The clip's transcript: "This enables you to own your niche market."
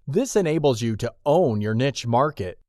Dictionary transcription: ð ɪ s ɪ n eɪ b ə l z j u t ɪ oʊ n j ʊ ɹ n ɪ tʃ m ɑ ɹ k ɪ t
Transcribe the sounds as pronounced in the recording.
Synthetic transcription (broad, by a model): ð ɪ s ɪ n eɪ b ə l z j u t ɪ oʊ n j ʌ ɹ n ɪ tʃ m ɑ ɹ k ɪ t